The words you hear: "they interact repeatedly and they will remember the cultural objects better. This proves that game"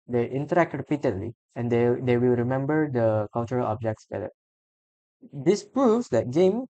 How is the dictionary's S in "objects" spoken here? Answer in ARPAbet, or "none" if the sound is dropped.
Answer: S